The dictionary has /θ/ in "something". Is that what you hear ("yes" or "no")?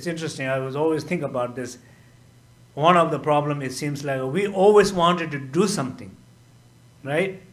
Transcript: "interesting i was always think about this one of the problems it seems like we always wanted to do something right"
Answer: no